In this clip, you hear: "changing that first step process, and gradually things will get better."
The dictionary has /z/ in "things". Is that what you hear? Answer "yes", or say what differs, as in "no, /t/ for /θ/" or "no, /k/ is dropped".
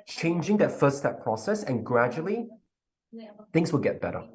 yes